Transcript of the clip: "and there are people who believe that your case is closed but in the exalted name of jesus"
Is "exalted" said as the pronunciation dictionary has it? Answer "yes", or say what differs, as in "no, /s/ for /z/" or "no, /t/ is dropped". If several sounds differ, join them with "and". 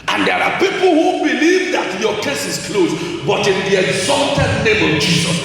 yes